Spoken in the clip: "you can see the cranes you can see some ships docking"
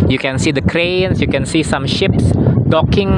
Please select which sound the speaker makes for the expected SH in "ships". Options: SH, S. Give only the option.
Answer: SH